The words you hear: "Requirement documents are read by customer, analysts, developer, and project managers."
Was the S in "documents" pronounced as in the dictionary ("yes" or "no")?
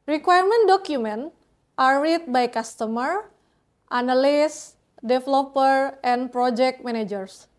no